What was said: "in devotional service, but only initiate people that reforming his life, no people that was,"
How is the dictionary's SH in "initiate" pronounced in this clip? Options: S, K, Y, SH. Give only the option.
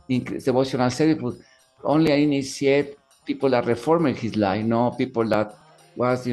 S